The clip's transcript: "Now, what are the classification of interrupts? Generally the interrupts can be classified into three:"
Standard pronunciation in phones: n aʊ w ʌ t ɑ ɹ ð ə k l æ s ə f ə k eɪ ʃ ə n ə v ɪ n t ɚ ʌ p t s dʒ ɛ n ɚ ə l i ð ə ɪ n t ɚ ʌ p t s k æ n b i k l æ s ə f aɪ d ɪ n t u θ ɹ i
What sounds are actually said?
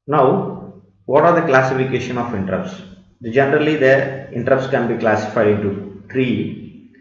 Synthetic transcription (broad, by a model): n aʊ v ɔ t ɑ ɹ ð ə k l æ s ə f ə k eɪ ʃ ə n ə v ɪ n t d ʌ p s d dʒ ɛ n ɚ ə l i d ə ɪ n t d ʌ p s k æ n b i k l æ s ə f aɪ d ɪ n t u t ɹ i